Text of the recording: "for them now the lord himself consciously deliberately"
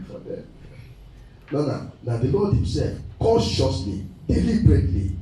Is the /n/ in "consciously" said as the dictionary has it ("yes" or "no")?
no